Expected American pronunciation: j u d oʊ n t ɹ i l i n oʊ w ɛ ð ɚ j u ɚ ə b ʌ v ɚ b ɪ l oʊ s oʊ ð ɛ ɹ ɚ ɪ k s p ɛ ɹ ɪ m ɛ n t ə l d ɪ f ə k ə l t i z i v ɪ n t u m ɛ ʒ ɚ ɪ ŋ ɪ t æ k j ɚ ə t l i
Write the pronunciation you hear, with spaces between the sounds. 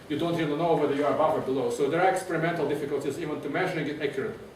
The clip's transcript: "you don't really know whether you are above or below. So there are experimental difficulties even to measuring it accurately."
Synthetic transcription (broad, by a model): j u d oʊ n t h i n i n oʊ w ɛ ð ɚ j u ɚ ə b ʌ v ɚ b ɪ l oʊ s oʊ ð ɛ ɹ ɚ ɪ k s p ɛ ɹ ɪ m ɛ n t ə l d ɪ f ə k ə l t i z i v ɪ n t u m ɛ ʒ ɚ ɪ ŋ ɪ t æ k j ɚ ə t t